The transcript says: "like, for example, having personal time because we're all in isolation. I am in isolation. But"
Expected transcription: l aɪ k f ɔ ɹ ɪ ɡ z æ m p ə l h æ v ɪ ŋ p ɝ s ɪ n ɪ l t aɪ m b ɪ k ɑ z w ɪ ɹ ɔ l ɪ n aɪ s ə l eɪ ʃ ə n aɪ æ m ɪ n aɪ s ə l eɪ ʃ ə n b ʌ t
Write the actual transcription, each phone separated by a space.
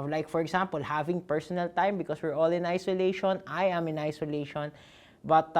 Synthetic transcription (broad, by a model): l aɪ k f ɔ ɹ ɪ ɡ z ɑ m p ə l h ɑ v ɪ ŋ p ɝ s ɪ n ɪ l t aɪ m b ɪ k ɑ s w ɪ ɹ ɔ l ɪ n aɪ s ə l eɪ ʃ ə n aɪ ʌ m ɪ n aɪ s ə l eɪ ʃ ə n b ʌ t